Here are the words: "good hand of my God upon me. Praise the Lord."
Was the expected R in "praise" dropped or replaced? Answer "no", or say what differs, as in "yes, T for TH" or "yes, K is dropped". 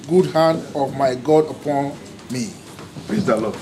yes, L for R